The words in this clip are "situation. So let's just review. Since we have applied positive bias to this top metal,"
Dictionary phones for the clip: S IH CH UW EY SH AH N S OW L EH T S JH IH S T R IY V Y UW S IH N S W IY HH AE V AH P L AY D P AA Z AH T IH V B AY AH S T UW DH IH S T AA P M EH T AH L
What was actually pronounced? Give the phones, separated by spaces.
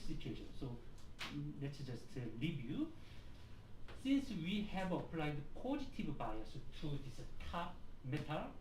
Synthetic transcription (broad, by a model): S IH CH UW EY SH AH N S OW L EH T S JH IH S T L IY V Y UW S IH N S W IY HH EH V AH P L AY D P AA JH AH T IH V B AY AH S T UW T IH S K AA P M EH T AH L